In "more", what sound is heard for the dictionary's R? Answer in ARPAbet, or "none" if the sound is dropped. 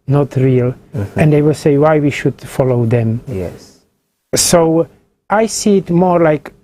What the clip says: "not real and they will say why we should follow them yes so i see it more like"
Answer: R